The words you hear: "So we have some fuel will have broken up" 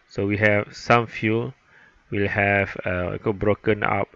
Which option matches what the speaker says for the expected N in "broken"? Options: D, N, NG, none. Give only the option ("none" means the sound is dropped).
N